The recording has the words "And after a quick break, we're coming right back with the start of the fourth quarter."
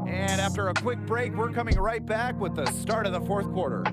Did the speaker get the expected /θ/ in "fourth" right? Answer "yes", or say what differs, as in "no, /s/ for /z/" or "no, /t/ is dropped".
yes